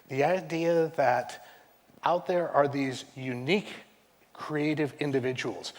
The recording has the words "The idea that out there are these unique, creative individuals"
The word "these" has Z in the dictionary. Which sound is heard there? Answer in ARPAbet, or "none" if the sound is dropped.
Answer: Z